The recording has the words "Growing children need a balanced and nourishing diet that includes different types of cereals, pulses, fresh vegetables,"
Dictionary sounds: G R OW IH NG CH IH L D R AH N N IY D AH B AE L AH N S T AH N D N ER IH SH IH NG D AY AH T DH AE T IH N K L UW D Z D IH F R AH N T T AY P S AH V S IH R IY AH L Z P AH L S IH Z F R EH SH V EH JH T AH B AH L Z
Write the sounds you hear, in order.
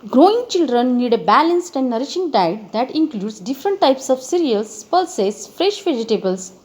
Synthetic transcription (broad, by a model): G R OW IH NG CH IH L D R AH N N IY D AH B AE L AH N S T AH N D N ER IH SH IH NG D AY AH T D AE T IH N K L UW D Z D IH F R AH N T T AY P S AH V S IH R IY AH L S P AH L S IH S F R EH SH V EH JH T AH B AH L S